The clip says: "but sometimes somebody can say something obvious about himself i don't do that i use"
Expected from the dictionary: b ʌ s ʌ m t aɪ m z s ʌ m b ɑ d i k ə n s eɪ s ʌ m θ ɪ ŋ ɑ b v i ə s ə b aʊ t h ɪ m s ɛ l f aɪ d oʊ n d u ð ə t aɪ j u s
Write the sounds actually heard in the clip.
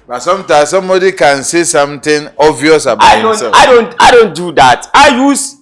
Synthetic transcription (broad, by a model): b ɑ s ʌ m t aɪ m s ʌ m b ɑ d i k ə n s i s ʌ m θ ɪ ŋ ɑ v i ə s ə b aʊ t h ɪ s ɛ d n aɪ d oʊ n d u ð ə t aɪ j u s